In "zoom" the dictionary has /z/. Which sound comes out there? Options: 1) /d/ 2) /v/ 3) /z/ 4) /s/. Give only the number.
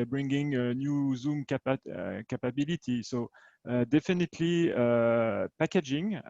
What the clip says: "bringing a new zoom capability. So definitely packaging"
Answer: 3